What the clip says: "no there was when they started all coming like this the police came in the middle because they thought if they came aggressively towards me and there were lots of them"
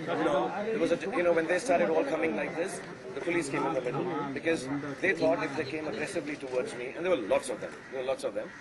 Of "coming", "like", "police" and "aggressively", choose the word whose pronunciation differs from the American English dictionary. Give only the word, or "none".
none